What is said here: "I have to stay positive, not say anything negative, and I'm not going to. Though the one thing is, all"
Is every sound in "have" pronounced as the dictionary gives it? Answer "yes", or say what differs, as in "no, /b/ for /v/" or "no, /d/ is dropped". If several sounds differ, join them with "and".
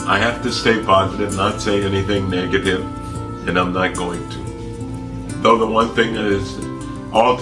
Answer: no, /f/ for /v/